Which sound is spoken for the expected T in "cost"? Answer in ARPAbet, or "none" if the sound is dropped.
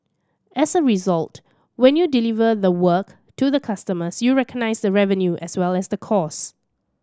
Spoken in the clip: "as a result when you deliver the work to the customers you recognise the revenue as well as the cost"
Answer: none